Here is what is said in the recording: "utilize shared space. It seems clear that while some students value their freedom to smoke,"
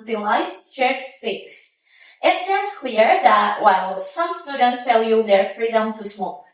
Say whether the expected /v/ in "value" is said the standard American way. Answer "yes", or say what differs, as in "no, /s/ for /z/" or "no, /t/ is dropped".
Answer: no, /f/ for /v/